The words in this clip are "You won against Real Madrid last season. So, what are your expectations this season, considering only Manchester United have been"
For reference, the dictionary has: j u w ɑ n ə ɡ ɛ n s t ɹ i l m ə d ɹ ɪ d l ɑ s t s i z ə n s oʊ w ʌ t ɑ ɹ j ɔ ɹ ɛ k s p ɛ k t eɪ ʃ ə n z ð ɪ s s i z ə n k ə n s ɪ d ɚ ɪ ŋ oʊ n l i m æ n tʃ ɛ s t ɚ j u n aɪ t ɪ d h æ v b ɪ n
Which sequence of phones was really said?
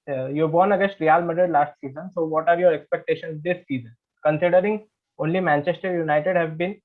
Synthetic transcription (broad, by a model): j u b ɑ n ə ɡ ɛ s t ɹ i l m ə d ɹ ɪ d l ɑ s t s i z ə n s oʊ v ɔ t ɑ ɹ j ɔ ɹ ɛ k s p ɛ k t eɪ ʃ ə n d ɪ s s i z ə n k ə n s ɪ d ɚ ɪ ŋ oʊ n l i m æ n tʃ ɛ s t ɚ j u n aɪ t ɪ d h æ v b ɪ n